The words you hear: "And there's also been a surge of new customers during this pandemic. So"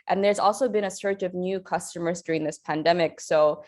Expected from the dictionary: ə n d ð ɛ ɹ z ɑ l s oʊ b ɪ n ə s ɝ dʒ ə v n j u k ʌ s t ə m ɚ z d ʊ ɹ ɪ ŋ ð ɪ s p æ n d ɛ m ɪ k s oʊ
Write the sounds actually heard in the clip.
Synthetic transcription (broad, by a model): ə n ð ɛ ɹ z ɑ l s oʊ b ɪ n ə s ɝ tʃ ə v n j u k ʌ s t ə m ɚ z d ʊ ɹ ɪ ŋ ð ɪ s p æ n d ɛ m ɪ k s oʊ